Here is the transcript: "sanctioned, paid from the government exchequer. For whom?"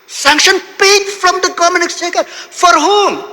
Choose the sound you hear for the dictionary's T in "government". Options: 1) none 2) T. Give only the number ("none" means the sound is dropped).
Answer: 1